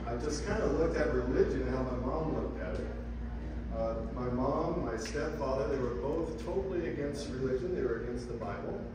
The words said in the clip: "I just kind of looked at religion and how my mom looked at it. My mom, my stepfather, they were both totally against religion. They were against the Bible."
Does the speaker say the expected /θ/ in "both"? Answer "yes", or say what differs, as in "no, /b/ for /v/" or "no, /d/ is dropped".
yes